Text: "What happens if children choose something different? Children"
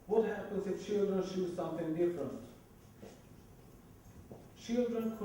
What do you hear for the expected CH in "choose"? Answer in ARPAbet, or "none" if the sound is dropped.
SH